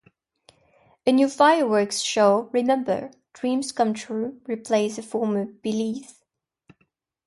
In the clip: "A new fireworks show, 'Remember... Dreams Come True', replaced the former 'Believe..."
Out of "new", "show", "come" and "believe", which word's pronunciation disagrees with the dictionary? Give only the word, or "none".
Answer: believe